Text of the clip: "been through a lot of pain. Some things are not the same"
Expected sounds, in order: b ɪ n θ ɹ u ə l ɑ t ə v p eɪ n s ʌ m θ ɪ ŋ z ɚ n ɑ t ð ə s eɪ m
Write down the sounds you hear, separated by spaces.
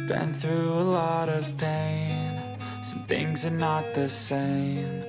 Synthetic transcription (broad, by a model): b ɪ n θ ɹ u ə l ɑ t ə v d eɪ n s ʌ m θ ɪ ŋ z ɚ n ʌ t ð ə s eɪ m